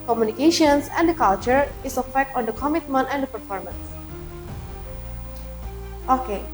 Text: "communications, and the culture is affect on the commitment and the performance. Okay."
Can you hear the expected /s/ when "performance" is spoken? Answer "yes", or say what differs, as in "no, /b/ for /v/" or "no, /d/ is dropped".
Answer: yes